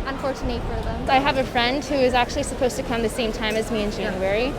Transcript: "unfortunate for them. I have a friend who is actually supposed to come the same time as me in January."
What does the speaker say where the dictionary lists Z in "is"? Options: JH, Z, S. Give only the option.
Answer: Z